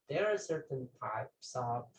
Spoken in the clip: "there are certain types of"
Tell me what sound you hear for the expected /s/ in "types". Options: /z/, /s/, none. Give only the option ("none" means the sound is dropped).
/s/